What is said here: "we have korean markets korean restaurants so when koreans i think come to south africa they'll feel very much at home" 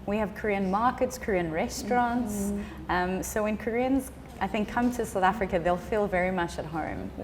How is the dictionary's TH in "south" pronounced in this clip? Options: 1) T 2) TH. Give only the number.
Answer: 2